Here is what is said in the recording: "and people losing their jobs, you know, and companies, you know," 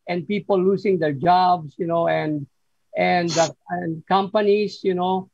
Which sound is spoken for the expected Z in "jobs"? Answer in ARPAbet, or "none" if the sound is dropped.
S